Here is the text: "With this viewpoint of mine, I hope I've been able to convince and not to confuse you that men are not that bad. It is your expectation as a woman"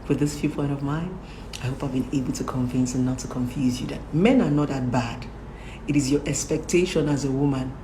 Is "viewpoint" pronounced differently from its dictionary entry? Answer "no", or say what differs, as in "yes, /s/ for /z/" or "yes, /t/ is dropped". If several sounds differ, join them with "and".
yes, /f/ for /v/